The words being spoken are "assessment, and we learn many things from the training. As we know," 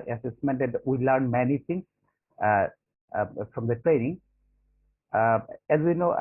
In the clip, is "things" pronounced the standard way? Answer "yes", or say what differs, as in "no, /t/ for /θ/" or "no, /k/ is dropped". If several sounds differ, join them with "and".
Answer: no, /t/ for /θ/ and /s/ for /z/